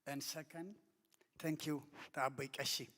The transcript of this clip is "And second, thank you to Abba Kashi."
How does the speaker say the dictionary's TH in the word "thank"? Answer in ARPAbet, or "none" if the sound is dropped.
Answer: T